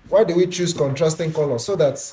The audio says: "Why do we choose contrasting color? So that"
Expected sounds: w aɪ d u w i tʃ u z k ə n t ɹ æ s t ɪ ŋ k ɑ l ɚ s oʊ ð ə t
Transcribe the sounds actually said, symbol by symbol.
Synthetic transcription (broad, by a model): w aɪ d u w i tʃ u s k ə n t ɹ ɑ s t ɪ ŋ k ɑ l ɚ s oʊ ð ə t